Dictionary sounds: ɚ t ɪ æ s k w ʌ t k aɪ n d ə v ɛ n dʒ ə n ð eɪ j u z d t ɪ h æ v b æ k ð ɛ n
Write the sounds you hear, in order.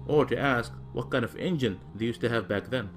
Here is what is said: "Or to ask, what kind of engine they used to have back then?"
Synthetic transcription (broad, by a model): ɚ t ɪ æ s k w ʌ t k aɪ n d ə v ɛ n dʒ ə n ð eɪ j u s t ɪ h æ v b æ k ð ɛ n